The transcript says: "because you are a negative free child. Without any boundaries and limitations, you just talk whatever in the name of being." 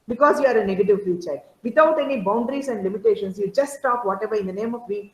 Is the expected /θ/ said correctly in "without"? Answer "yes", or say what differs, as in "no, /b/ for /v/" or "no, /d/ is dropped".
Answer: no, /t/ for /θ/